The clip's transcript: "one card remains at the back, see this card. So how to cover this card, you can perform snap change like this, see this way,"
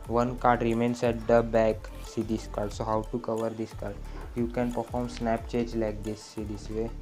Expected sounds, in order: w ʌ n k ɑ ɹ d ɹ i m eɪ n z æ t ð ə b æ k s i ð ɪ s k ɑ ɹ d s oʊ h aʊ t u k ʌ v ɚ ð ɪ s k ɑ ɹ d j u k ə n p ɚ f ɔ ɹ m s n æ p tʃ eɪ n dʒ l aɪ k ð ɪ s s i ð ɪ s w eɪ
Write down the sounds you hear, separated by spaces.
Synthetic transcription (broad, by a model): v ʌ n k ɑ ɹ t ɹ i m eɪ n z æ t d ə b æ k s i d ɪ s k ɑ ɹ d s oʊ h aʊ t u k ʌ v ɚ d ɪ s k ɑ ɹ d j u k ə n p ɚ f ɔ ɹ m s n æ p tʃ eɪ dʒ l aɪ k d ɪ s s i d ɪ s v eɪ